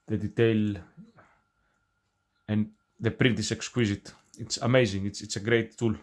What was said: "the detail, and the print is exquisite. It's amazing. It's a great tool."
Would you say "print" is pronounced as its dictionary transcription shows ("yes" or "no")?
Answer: yes